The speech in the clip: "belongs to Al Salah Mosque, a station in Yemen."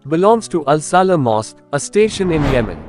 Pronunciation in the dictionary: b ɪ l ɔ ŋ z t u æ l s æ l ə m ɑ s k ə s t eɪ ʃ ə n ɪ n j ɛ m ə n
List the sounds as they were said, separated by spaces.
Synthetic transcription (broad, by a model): b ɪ l ɔ ŋ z t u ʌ l s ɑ l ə m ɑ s ə s t eɪ ʃ ə n ɪ n j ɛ m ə n